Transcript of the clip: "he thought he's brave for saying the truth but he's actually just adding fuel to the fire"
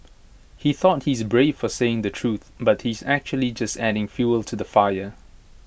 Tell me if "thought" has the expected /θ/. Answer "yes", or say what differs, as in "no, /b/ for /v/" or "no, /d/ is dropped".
yes